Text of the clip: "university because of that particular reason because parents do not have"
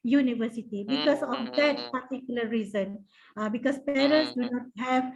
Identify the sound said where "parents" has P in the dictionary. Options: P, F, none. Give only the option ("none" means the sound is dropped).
P